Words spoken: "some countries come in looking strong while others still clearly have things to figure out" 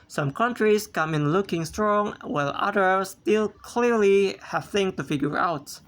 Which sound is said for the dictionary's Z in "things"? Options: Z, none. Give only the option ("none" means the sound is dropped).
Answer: none